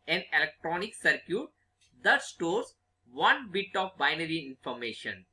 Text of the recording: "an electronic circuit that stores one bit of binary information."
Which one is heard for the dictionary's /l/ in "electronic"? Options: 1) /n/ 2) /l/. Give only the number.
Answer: 2